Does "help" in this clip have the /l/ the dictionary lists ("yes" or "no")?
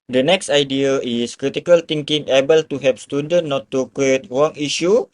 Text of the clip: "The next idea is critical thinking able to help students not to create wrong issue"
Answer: no